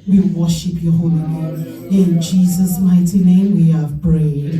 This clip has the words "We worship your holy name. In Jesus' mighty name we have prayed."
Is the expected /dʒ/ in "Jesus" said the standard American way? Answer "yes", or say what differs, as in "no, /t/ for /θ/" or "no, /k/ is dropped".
yes